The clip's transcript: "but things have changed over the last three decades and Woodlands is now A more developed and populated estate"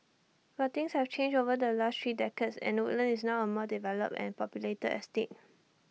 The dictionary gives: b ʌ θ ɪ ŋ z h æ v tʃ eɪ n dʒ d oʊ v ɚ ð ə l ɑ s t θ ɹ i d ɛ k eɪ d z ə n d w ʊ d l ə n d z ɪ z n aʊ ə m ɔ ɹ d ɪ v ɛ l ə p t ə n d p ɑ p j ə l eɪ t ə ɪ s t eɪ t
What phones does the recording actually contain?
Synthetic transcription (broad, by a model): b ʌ t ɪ ŋ s h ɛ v tʃ eɪ n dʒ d oʊ v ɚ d ə l ɑ s t ɹ i d ɛ k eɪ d s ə n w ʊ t l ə n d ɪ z n aʊ ə m ɔ d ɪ v ɛ l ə p ə n p ɑ p j ə l eɪ t ə ɪ s t eɪ t